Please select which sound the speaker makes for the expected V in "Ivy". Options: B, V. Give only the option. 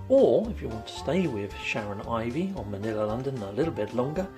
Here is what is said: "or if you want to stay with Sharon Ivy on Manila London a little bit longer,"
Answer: V